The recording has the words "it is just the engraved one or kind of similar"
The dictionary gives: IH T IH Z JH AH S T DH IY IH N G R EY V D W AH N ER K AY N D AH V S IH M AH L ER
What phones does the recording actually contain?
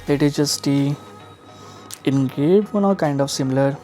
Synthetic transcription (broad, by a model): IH T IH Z JH AH S T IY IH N G EY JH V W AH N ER K AY N D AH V S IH M L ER